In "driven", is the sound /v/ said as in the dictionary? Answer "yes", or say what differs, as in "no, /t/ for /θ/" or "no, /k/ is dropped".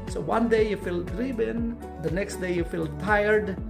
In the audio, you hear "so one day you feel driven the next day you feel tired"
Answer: no, /b/ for /v/